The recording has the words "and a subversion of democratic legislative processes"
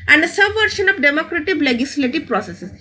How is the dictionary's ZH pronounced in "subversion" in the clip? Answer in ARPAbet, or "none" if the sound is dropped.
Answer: SH